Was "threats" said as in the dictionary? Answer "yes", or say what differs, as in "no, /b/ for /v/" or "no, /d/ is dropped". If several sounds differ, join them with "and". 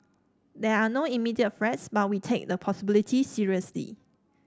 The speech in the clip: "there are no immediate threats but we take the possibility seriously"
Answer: no, /f/ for /θ/